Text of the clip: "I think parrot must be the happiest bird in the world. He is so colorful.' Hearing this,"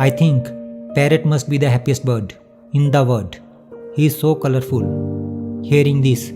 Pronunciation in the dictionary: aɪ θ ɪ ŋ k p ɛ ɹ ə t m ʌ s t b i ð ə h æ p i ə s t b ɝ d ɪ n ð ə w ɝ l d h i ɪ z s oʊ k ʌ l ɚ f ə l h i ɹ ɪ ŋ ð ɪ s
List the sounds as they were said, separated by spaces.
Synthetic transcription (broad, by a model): aɪ t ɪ ŋ k p ɛ ɹ ə t m ʌ s t b i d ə h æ p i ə s t b ɝ d ɪ n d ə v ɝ d h i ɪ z s oʊ k ʌ l ɚ f ə l h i ɹ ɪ ŋ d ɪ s